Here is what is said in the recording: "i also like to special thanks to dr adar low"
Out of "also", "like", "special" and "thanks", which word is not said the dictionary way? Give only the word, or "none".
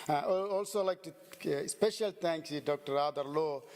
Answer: thanks